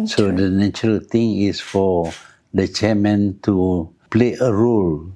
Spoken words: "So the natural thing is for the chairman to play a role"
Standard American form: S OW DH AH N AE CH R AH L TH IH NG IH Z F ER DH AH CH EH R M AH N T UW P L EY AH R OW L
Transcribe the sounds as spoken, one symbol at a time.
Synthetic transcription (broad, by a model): S OW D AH N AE CH R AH L T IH NG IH S F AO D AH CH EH M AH N T UW P L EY AH R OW L